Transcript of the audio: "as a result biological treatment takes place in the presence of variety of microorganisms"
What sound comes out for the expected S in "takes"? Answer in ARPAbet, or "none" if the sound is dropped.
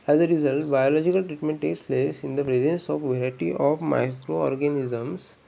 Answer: S